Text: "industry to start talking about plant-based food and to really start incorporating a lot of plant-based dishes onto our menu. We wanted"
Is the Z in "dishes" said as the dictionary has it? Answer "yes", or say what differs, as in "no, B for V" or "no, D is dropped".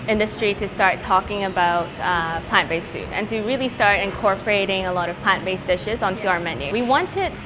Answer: yes